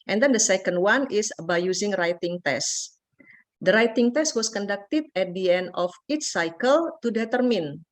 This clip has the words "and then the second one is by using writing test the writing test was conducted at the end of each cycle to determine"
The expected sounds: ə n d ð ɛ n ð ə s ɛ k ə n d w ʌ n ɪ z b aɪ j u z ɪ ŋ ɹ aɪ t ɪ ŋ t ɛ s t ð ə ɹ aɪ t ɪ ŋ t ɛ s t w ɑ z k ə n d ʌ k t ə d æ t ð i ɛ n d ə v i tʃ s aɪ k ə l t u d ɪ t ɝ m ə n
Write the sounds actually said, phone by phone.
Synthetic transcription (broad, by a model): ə n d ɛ n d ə s ɛ k ə n d w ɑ n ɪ s b aɪ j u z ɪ ŋ ɹ aɪ t ɪ ŋ t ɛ s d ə ɹ aɪ t ɪ ŋ t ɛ s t w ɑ s k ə n d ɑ k t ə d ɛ t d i ɛ n d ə f i tʃ s aɪ k ə l t u d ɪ t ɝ m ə n